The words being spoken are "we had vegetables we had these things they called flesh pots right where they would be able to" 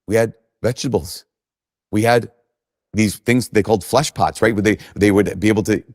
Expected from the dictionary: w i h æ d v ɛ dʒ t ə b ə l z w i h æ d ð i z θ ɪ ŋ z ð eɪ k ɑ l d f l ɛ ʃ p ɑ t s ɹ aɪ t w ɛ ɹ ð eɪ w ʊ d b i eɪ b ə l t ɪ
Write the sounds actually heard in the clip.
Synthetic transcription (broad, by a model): w i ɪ d v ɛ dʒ t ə b l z w i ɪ d ð i z θ ɪ ŋ z ð eɪ k ɑ l d f l ɛ ʃ p ɑ t s ɹ aɪ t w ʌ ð ð eɪ w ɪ d b i eɪ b l t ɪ